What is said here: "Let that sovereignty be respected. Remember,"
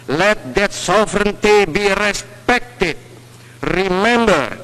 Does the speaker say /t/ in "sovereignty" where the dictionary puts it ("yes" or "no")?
yes